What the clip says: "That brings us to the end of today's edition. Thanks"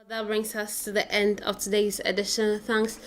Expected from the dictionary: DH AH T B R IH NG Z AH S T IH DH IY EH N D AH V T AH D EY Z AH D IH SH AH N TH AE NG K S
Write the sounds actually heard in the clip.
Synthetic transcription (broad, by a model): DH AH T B R IH NG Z AH S T IH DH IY EH N D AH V T AH D EY Z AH D IH SH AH N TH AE NG K S